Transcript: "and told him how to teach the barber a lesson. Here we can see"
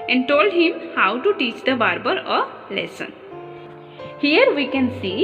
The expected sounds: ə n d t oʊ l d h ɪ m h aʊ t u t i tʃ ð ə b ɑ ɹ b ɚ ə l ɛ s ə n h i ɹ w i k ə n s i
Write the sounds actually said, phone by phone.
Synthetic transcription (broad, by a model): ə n d t oʊ l d h ɪ m h aʊ t u t i tʃ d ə b ɑ ɹ b ɚ ə l ɛ s ə n h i ɹ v i k ə n s i